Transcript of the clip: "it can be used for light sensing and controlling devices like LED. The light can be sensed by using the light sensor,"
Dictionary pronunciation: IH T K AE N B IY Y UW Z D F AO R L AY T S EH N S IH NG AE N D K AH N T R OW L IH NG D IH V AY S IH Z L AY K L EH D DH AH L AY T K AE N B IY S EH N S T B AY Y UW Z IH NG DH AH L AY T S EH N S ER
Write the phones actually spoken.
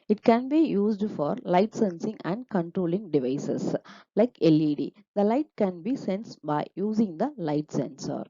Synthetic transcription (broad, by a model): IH T K AE N B IY Y UW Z D F AO R L AY T S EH N S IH NG AE N D K AH N T R OW L IH NG D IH V AY S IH S L AY K L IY D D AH L AY T K AE N B IY S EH N S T B AY Y UW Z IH NG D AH L AY T S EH N S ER